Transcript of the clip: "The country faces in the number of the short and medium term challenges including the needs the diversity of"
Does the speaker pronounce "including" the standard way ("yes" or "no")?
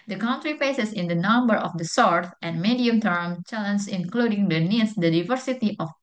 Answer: yes